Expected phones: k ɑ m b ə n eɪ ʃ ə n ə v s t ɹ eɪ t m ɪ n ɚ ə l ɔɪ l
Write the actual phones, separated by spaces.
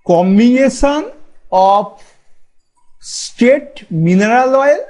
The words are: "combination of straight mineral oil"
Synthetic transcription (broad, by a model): k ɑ m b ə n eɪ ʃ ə n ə p s t eɪ t m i n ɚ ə l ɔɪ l